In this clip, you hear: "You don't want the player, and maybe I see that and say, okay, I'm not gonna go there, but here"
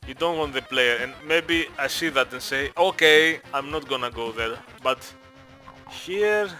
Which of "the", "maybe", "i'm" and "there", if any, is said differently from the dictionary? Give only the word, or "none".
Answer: none